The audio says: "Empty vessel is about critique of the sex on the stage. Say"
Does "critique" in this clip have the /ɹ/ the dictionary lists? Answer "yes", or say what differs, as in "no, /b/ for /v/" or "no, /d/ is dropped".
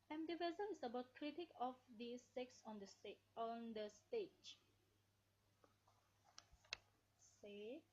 yes